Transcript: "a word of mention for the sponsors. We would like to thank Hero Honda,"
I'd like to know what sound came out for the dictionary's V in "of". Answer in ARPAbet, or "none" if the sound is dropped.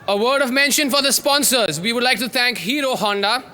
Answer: V